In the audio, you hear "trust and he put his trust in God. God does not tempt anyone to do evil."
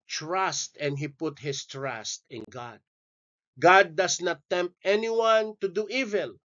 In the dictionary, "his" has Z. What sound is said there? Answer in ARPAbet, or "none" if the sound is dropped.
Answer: S